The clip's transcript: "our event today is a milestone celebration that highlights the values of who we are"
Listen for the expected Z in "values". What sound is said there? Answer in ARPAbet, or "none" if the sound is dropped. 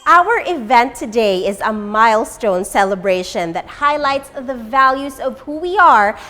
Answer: Z